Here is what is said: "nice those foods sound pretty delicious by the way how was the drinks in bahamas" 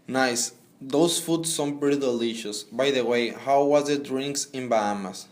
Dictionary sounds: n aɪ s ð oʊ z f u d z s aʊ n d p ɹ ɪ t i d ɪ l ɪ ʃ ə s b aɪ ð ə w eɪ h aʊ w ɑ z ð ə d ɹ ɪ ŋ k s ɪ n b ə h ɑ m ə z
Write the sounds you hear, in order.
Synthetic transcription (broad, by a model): n aɪ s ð oʊ s f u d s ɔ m p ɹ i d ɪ l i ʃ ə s b aɪ ð ə w eɪ h aʊ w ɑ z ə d ɹ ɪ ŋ k s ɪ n b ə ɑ m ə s